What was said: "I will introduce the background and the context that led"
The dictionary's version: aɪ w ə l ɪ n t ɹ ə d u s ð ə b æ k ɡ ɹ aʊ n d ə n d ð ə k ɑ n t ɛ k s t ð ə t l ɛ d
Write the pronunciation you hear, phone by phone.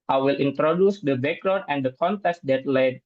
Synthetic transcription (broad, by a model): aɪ w ə l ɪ n t ɹ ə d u s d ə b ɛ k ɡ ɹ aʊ d ə n d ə k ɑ n t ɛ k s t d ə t l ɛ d